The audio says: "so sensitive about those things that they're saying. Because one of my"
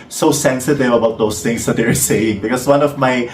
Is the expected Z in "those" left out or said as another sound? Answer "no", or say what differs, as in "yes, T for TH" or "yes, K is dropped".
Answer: yes, S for Z